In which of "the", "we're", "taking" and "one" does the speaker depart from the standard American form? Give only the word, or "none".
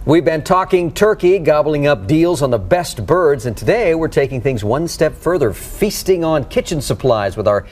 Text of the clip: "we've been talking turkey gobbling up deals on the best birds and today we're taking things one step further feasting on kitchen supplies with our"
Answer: none